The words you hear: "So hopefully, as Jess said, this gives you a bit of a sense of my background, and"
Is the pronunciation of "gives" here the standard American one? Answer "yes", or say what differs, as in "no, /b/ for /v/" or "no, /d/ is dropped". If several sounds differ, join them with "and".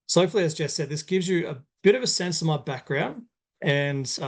yes